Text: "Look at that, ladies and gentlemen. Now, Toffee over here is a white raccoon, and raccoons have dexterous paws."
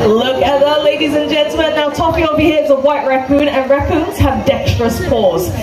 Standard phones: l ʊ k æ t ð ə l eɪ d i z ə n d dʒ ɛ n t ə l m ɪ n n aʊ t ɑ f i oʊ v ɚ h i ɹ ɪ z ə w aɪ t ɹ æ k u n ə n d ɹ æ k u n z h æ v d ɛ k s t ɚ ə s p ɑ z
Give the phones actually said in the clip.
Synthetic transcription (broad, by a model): l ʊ k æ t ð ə l eɪ d i z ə n dʒ ɛ n t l m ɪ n n aʊ t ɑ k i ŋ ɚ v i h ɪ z ə w aɪ t ɹ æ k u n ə n ɹ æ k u n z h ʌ v d ɛ k s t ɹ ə s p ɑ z